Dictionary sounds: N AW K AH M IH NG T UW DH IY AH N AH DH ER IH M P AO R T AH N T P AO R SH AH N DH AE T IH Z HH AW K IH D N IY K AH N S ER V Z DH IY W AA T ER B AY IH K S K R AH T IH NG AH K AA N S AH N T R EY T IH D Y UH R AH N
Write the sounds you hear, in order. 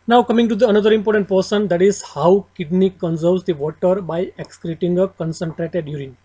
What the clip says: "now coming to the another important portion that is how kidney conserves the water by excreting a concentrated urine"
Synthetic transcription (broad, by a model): N AW K AH M IH NG T UW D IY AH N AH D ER IH M P AO R T AH N T P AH R S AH N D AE T IH Z HH AW K IH D N IY K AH N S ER V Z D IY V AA T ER B AY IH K S K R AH T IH NG AH K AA N S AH N T R EY T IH D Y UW R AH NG